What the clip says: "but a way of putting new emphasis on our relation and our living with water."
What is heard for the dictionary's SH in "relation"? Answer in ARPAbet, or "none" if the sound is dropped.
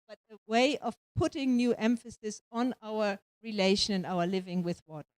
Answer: SH